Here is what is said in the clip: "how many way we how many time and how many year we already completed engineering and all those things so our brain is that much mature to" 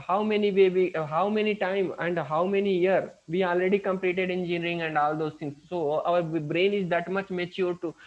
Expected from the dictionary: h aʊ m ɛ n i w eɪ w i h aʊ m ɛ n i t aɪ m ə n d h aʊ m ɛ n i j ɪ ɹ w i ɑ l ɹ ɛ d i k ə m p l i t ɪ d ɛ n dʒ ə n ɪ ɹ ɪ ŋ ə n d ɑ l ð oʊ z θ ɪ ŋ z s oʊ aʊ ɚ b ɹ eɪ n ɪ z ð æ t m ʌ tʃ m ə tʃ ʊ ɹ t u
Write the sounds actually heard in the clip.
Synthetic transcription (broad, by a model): h aʊ m ɛ n i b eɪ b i h aʊ m ɛ n i t aɪ m ə n d h aʊ m ɛ n i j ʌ ɹ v i ɑ l ɹ ɛ d i k ə m p l i t ɪ d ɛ n dʒ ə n ɹ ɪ ŋ ə n d ɑ l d oʊ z t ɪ ŋ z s oʊ aʊ ɚ b ɹ eɪ n ɪ z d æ t m ʌ tʃ m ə tʃ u ɹ t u